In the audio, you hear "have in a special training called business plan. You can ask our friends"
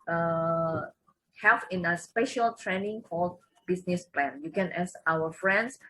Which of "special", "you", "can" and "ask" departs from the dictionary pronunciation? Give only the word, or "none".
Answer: ask